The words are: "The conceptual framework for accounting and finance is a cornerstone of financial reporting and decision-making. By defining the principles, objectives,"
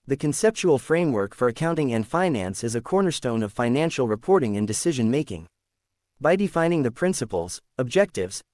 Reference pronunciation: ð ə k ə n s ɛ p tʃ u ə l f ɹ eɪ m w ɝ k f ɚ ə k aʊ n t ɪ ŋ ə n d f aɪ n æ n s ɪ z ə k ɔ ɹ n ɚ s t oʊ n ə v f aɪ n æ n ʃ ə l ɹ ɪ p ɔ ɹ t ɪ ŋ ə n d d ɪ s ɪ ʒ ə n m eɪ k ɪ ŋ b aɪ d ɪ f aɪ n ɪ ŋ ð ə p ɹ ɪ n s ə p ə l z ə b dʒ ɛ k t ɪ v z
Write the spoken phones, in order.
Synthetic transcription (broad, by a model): ð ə k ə n s ɛ p tʃ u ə l f ɹ eɪ m w ɝ k f ɚ ə k aʊ n t ɪ ŋ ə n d f aɪ n æ n s ɪ z ə k ɔ ɹ n ɚ s t oʊ n ə v f aɪ n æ n ʃ l ɹ ɪ p ɔ ɹ t ɪ ŋ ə n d d ɪ s ɪ ʒ ə n m eɪ k ɪ ŋ b aɪ d ɪ f aɪ n ɪ ŋ ð ə p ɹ ɪ n s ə p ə l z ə b dʒ ɛ k t ɪ v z